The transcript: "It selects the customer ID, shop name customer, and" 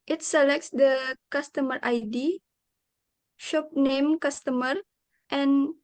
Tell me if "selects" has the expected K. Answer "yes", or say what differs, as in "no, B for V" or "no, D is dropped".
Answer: yes